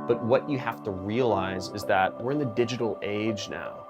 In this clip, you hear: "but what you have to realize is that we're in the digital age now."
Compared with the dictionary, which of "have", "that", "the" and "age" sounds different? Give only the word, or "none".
have